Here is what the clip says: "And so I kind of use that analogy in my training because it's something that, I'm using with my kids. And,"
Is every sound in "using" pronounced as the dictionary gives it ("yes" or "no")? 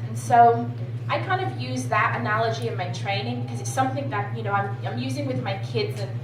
yes